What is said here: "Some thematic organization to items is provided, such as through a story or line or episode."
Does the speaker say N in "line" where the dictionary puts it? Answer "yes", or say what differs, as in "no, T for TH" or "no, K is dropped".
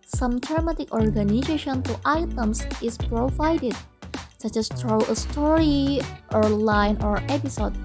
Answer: yes